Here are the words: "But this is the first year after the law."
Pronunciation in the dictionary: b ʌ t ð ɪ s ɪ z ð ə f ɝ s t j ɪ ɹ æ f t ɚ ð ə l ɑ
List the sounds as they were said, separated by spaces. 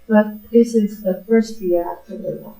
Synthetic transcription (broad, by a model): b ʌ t ð ɪ s ɪ z ð ə f ɝ s t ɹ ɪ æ t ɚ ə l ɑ